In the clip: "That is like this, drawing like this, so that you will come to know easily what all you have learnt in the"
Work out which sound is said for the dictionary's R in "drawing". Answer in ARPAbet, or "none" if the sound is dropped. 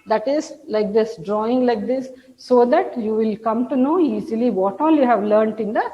R